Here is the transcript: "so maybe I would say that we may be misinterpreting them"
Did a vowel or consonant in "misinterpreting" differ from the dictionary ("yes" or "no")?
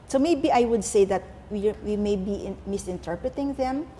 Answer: no